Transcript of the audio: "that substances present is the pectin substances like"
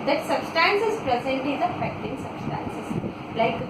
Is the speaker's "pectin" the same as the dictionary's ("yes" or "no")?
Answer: no